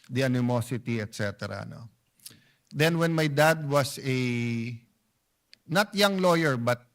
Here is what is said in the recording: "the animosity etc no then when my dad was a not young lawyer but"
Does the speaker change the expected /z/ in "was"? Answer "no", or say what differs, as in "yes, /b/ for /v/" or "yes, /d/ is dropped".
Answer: yes, /s/ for /z/